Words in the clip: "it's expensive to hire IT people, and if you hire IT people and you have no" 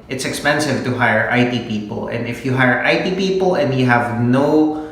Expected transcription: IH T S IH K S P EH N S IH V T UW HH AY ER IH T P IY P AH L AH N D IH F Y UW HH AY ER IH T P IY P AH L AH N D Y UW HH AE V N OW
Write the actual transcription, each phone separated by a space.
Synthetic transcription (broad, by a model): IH T S IH K S P EH N S IH V T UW HH AY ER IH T P IY P AH L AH N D IH F Y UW HH AY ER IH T P IY P AH L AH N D Y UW HH AE V N OW